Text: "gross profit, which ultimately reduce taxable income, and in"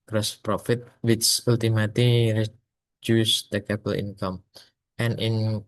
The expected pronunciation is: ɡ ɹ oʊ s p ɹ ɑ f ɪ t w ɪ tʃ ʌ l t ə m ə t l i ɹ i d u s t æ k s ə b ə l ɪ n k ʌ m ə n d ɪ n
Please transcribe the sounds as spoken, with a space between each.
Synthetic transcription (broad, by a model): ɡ ɹ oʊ s p ɹ ɑ f ɪ t w ɪ tʃ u l t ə m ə t l i ɹ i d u s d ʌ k ə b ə l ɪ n k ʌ m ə n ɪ n